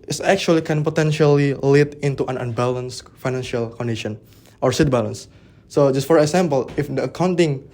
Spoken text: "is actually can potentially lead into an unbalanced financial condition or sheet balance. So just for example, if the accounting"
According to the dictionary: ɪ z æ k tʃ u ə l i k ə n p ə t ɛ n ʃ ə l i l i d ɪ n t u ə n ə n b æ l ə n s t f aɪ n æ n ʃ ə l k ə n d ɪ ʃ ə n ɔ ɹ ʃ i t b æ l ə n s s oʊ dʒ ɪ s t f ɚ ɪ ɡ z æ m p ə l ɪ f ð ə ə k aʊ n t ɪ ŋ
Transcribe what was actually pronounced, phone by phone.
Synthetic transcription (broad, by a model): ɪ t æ k tʃ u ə l i k ə n p ə t ɛ n ʃ ə l i l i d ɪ n t u ə n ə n b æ l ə n s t f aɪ n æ n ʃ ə l k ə n d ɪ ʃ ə n ɔ ɹ s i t b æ l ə n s s oʊ dʒ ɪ s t f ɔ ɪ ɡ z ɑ m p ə l ɪ f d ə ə k aʊ n t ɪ ŋ